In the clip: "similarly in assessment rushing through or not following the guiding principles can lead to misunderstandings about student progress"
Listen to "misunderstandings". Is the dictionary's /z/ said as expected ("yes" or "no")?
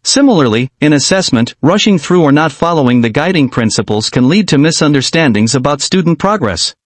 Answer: yes